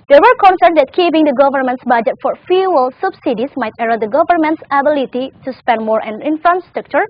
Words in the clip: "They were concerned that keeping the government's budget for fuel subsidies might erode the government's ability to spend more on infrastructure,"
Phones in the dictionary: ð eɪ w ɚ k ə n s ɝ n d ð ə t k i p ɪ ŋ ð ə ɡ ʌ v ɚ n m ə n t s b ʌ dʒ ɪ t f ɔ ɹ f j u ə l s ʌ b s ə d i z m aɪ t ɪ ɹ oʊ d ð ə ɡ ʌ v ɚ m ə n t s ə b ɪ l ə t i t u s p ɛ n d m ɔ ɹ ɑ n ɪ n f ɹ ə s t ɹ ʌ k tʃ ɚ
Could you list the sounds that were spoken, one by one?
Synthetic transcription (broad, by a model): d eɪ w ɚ k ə n s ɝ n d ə t k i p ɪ ŋ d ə ɡ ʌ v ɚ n m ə n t s b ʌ dʒ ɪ t f ɔ ɹ f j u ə l s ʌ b s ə d i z m aɪ t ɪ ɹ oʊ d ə ɡ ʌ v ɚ m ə n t s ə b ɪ l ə t i t u s p ɛ n d m ɔ ɹ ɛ n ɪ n f ɹ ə s t ɹ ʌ k tʃ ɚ